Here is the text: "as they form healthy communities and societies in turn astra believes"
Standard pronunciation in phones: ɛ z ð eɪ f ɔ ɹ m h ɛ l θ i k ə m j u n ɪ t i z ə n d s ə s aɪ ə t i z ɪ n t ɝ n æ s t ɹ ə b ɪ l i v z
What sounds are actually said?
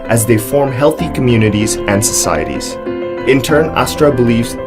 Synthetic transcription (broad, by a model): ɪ z ð eɪ f ɔ ɹ m h ɛ l θ i k ə m j u n ɪ t i z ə n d s ə s aɪ ə t i z ɪ n t ɝ n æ s t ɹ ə b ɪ l i v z